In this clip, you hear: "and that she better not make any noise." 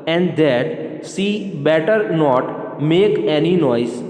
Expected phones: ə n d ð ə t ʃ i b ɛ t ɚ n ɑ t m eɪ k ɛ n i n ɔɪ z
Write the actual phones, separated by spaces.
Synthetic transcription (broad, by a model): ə n d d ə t s i b ɛ t ɚ n ɑ t m eɪ k ɛ n i n ɔɪ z